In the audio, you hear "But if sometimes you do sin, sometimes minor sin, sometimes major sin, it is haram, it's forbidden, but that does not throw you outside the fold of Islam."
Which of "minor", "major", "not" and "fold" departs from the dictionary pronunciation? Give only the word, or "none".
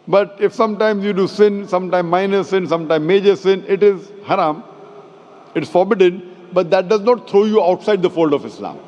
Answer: none